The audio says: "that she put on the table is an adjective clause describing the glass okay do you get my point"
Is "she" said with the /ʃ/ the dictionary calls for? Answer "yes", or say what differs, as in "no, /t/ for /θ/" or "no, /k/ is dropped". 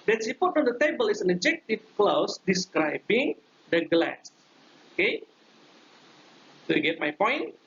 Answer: no, /s/ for /ʃ/